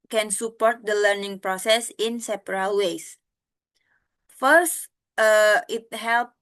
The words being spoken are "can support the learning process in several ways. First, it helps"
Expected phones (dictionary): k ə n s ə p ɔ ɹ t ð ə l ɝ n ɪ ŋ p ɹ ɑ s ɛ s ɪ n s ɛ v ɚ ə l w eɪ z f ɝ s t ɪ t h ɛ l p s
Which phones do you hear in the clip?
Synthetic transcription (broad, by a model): k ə n s ə p ɔ ɹ t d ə l ɝ n ɪ ŋ p ɹ ɑ s ɛ s ɪ n s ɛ p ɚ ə l w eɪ s f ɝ s t ɪ t h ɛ l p